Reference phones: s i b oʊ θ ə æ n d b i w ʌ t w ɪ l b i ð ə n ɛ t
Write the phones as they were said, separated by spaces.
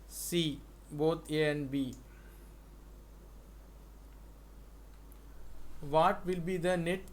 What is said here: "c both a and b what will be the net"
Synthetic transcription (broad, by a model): s i b oʊ t ə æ n d b i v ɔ t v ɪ l b i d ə n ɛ t